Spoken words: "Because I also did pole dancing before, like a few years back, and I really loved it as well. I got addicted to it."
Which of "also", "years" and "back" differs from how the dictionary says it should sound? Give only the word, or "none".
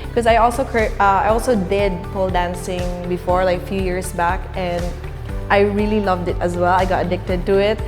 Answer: years